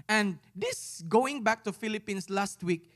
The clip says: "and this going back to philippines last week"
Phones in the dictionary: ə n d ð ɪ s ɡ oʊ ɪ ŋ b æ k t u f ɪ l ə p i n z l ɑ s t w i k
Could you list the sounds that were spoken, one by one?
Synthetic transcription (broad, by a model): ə n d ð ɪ s ɡ oʊ ɪ ŋ b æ k t u f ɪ l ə p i n s l ɑ s t w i k